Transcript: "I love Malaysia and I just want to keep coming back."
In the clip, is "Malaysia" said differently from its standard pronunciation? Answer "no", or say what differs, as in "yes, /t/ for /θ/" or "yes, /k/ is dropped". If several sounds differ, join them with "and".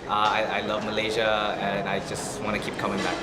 no